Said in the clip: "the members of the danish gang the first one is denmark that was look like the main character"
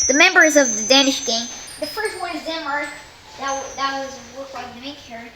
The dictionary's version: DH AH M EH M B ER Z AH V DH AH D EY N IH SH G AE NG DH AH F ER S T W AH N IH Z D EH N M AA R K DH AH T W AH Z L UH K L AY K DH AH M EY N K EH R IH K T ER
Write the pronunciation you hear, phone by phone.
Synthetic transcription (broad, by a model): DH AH M EH M B ER Z AH V DH AH D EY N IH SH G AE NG DH AH F ER S T W AH N IH Z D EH M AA R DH DH AH T W AH Z W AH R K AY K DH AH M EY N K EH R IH